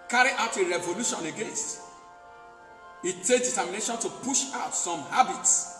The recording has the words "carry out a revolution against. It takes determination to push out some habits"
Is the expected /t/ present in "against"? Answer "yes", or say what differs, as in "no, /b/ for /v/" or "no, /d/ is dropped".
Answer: yes